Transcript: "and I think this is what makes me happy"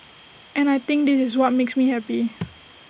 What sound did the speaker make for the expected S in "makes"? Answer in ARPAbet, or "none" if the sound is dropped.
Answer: S